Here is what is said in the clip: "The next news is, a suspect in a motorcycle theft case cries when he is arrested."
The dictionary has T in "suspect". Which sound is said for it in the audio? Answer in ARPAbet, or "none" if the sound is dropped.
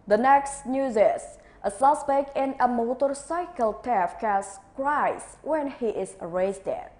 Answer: none